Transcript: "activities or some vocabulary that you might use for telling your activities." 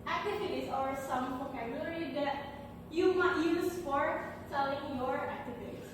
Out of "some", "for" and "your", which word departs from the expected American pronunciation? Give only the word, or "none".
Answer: for